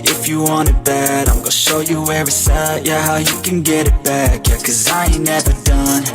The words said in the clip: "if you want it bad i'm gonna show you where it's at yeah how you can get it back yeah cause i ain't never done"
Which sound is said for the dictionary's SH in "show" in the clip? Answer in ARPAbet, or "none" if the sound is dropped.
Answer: SH